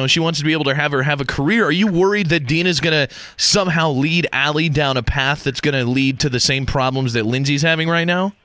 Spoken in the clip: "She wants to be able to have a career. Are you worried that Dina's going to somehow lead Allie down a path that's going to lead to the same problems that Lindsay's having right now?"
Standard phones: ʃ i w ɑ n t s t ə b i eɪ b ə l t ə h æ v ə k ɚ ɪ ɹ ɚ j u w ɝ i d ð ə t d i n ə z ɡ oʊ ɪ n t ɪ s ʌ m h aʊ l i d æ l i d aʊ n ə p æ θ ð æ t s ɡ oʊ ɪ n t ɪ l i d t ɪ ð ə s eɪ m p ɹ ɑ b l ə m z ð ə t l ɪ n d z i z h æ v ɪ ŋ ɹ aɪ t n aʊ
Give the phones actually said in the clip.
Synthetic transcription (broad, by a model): ʃ i w ɑ n t s t ə b i eɪ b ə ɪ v ə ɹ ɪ v ə k ɚ ɪ ɹ ɚ j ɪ w ɝ i d ð ə t d i n ə z ɡ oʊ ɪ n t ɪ s ʌ m h aʊ l i d æ l i d aʊ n ə p æ θ ð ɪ t s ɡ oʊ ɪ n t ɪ l i d t ɪ ð ə s eɪ m p ɹ ɑ b l ə m z ð ə t l ɪ n z i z h æ v ɪ ŋ ɹ aɪ t n aʊ